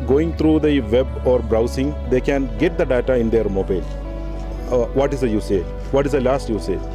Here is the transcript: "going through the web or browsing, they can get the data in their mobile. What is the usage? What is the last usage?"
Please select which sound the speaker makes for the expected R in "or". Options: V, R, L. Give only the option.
R